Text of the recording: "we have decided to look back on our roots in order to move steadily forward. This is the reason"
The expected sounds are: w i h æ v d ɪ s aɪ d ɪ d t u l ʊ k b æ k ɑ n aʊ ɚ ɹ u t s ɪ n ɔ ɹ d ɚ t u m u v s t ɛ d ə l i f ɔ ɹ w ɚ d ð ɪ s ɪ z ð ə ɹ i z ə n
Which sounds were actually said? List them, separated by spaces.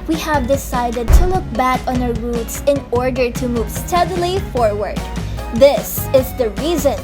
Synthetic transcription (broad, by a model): w i h æ v d ɪ s aɪ d ɪ d t u l ʊ k b æ k ɑ n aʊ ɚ ɹ u t s ɪ n ɔ ɹ d ɚ t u m u v s t ɛ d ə l i f ɔ ɹ w ɚ d ð ɪ s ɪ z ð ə ɹ i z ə n